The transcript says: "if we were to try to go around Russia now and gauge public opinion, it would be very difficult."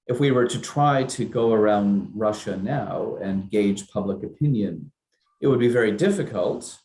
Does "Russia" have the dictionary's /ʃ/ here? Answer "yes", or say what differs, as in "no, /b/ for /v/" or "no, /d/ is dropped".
yes